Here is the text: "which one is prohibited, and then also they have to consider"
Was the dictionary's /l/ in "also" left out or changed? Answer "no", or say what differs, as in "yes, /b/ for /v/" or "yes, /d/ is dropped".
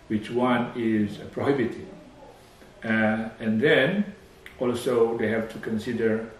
no